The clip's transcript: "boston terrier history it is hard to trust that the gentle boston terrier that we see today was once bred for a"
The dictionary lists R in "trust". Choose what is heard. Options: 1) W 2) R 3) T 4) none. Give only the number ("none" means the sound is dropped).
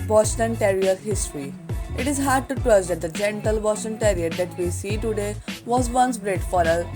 1